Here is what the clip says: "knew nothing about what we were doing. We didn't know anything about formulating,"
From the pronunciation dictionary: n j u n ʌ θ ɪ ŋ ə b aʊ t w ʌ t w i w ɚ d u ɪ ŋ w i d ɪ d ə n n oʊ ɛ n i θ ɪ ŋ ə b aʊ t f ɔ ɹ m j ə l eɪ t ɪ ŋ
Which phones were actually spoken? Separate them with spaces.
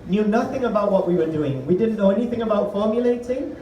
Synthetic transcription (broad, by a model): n j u n ʌ θ ɪ ŋ ə b aʊ t w ʌ t w i w ɚ d u ɪ ŋ w i d ɪ d n n oʊ ɛ n i θ ɪ ŋ ə b aʊ t f ɔ ɹ m j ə l eɪ t ɪ ŋ